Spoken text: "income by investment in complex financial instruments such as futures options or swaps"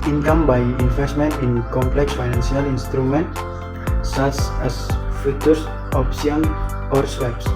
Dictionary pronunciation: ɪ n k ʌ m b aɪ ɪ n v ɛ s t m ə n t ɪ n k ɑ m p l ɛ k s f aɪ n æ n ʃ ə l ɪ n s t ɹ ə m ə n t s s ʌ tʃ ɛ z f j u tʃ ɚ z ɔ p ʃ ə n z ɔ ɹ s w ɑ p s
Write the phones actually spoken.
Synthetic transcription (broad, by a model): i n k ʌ m b aɪ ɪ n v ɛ s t m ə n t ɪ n k ɑ m p l ɛ k s f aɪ n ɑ n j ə l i n s t ɹ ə m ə n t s s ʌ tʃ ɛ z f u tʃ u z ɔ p s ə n ɔ ɹ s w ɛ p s